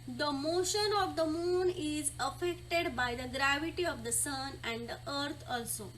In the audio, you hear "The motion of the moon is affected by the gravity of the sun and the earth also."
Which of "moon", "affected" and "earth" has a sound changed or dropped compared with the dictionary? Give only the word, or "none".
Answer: earth